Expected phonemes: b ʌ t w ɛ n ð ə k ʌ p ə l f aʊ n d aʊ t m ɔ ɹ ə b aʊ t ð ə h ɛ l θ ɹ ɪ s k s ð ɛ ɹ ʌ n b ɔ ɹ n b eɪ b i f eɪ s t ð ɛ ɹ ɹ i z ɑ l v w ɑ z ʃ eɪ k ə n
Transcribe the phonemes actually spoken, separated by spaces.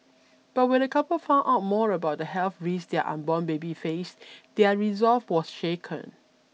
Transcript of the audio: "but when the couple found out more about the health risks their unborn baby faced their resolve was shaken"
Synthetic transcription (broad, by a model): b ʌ t w ɛ n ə k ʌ p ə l f aʊ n aʊ t m ɔ ɹ ə b aʊ t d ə h ɛ l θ ɹ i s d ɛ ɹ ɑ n b ɔ n b eɪ b i f eɪ s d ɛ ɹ ɹ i z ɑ l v w ɑ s ʃ eɪ k ə n